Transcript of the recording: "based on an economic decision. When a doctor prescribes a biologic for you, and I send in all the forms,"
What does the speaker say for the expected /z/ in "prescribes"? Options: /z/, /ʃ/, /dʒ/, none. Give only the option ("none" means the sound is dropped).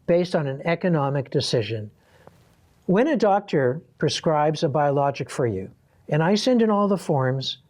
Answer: /z/